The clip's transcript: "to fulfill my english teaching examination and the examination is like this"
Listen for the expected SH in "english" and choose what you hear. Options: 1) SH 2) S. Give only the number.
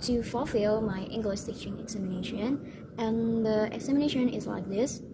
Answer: 2